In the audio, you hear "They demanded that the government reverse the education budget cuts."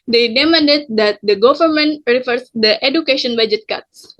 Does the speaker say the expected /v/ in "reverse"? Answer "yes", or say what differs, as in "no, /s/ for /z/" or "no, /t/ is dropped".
no, /f/ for /v/